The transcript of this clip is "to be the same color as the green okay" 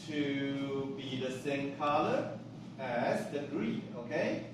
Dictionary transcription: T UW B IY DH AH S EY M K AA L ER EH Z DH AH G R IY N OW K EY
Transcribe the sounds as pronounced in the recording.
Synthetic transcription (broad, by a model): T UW B IY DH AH S EY M K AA L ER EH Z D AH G R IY OW K EY